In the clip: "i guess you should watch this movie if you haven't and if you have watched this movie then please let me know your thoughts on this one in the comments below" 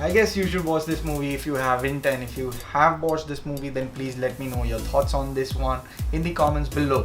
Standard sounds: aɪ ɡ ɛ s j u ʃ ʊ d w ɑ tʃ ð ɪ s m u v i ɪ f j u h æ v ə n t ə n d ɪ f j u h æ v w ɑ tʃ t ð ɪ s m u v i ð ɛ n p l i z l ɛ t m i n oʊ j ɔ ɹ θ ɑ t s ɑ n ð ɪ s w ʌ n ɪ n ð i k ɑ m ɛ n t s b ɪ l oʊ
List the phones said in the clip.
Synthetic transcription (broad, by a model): aɪ ɡ ɛ s j u ʃ ʊ d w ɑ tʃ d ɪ s m u v i ɪ f j u h æ v ə n t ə n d ɪ f j u h æ v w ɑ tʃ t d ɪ s m u v i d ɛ n p l i z l ɛ t m i n oʊ j ɔ ɹ t ɑ t s ɑ n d ɪ s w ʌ n ɪ n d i k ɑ m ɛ n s b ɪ l oʊ